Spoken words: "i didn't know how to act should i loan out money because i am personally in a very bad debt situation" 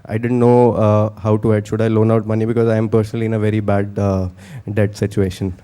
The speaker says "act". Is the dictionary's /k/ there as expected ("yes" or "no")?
no